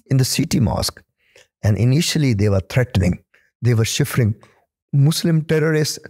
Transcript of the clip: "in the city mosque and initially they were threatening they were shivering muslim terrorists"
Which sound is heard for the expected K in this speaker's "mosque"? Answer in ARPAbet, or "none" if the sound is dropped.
K